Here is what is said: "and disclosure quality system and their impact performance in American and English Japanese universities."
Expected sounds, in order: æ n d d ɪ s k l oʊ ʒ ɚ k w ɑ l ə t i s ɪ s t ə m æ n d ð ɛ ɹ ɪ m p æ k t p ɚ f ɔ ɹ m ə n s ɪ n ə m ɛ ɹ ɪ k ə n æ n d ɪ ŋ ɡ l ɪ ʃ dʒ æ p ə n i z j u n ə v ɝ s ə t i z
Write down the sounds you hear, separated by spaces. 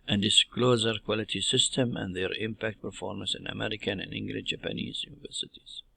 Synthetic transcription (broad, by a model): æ n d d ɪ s k l oʊ z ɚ k w ɑ l ə t i s ɪ s t ə m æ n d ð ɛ ɹ ɪ m p æ k t p ɚ f ɔ ɹ m ə n s ɪ n ə m ɛ ɹ ɪ k ə n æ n ɪ ŋ ɡ l ɪ ʃ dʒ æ p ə n i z j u n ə v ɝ s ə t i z